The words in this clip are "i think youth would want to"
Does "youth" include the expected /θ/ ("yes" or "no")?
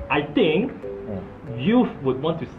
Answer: no